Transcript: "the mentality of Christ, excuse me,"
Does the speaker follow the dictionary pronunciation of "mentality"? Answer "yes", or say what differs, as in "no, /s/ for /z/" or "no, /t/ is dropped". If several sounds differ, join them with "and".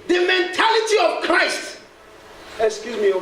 yes